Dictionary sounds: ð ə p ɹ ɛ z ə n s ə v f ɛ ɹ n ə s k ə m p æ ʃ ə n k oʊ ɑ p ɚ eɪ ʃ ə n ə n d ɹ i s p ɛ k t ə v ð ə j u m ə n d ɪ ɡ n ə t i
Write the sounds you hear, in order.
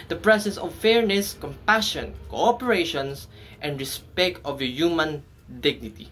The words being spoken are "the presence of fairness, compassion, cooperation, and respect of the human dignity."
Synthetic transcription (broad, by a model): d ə p ɹ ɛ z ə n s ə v f ɛ ɹ n ə s k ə m p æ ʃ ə n k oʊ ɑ p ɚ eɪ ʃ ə n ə n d ɹ i s p ɛ k t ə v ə j u m ə n d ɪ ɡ n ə t i